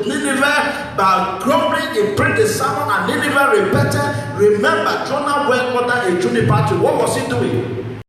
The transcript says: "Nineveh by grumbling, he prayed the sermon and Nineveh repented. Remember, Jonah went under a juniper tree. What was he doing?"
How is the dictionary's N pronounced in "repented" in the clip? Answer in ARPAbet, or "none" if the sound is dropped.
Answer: none